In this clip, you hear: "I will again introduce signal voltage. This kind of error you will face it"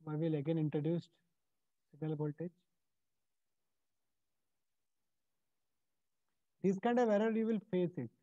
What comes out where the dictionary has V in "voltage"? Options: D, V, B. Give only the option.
B